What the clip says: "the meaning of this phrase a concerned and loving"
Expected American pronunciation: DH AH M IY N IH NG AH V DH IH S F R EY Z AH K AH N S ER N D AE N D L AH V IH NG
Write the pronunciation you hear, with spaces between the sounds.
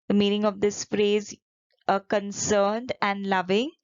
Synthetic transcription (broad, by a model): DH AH M IY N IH NG AH V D IH S F R EY Z AH K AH N S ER N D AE N D L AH V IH NG